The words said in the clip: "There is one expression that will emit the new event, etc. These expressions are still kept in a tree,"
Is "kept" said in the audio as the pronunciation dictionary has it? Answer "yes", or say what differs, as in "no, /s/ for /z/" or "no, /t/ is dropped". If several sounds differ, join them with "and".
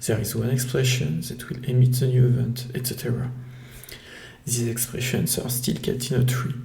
no, /p/ is dropped